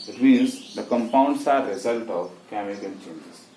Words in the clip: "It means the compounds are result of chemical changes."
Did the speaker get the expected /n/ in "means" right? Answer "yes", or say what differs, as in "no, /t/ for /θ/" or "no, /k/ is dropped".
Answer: no, /l/ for /n/